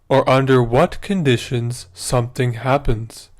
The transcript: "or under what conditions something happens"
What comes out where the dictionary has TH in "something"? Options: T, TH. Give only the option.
TH